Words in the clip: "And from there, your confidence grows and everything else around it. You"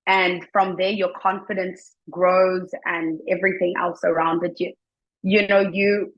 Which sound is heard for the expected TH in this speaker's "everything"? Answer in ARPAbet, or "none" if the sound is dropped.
TH